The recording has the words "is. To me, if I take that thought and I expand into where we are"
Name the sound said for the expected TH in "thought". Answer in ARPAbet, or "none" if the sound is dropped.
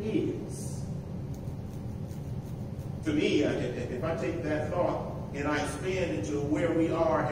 TH